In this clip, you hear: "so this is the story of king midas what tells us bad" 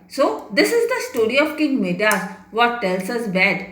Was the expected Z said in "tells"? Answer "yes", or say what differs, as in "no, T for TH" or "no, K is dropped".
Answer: no, S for Z